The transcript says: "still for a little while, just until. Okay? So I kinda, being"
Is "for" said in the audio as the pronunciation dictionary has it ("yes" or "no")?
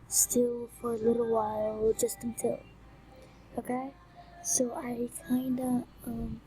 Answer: yes